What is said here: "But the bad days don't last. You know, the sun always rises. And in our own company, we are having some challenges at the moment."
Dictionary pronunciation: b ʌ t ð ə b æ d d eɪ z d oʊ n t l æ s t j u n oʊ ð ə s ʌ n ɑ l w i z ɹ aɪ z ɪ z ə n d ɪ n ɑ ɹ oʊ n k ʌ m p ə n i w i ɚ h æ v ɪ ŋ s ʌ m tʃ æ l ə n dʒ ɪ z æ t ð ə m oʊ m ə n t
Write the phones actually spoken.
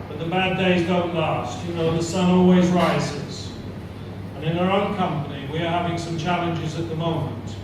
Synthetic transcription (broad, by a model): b ʌ t ð ə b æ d d eɪ z d oʊ n t l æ s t j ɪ n oʊ ð ə s ʌ n ɑ l w i z ɹ aɪ z ɪ z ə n ɪ n ɑ ɹ oʊ n k ʌ m p ə n i w i ɚ h æ v ɪ ŋ s ʌ m tʃ æ l ə n dʒ ɪ z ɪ t ð ə m oʊ m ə n t